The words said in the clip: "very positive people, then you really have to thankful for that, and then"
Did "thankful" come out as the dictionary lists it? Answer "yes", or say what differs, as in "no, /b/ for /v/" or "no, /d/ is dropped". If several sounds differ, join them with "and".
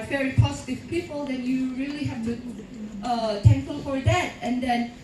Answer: no, /t/ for /θ/ and /f/ is dropped